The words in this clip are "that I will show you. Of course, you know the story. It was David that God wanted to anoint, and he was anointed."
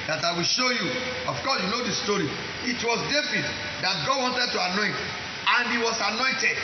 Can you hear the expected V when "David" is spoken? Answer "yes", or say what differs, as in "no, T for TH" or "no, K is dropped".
no, F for V